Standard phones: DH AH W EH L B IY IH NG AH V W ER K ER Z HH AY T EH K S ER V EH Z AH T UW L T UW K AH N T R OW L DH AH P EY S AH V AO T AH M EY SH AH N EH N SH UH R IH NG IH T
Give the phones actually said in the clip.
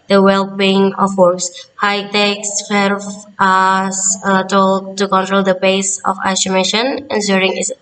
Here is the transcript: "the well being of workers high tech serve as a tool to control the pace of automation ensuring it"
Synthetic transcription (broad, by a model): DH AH W EH L B IY IH NG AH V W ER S HH AY T EH K S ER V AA S AH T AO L T UW K AH N T R OW L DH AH B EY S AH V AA S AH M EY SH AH N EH N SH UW R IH NG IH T